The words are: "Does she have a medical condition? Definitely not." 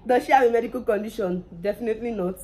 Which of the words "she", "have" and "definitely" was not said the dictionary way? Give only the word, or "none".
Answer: have